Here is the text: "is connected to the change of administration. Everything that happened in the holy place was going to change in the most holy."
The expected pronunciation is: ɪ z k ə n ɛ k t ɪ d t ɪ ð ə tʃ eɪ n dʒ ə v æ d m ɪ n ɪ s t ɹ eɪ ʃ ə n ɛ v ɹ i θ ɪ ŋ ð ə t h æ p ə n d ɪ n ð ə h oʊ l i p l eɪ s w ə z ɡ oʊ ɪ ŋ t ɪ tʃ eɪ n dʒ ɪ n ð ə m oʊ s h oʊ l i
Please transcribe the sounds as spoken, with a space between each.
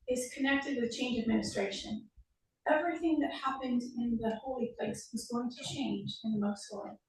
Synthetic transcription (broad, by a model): ɪ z k ə n ɛ k t ɪ d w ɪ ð tʃ eɪ n dʒ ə d m ɪ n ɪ s t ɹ eɪ ʃ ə n ɛ v ɹ i θ ɪ ŋ ð ə t h æ p ə n d ɪ n ð ə h oʊ l i p l eɪ s w ə z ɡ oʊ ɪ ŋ t ɪ tʃ eɪ n dʒ ɪ n ð ə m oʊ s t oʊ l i